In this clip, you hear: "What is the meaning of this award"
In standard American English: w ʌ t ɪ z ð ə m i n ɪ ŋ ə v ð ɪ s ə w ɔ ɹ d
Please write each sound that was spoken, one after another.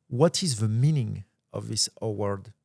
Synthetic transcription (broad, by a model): w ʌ t ɪ z ð ə m i n ɪ ŋ ə v ð ɪ s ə w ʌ ɹ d